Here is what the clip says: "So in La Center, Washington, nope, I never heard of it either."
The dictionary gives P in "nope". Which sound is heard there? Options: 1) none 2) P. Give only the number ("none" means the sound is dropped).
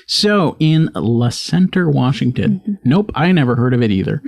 2